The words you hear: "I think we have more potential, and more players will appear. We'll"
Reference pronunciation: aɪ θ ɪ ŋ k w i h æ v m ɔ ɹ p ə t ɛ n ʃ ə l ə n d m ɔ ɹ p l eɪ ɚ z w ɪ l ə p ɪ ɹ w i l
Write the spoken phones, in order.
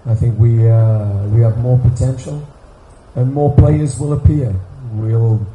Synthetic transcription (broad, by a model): aɪ θ ɪ ŋ k w i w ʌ v m ɔ ɹ p ə t ɛ n ʃ ə l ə n m ɔ ɹ p l eɪ ɚ z w ɪ l ə p ɪ ɹ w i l